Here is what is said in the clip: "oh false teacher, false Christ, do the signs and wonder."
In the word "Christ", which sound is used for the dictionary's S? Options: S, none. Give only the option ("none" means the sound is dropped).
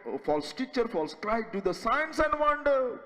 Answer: none